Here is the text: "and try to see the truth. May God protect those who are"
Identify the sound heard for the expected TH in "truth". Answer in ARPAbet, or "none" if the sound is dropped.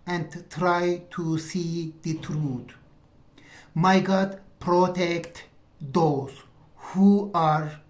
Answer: T